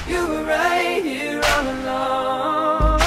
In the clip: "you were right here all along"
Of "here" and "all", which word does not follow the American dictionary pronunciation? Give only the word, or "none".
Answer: all